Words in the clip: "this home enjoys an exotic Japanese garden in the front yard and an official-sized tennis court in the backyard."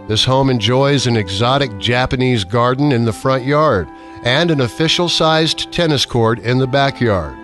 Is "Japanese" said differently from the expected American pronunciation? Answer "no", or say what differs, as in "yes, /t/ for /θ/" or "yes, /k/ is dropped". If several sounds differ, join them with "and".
no